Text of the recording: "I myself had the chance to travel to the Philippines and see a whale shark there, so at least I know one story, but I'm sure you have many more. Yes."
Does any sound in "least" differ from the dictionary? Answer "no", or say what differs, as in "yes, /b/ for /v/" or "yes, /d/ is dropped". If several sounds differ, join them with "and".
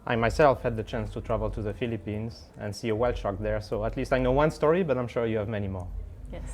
no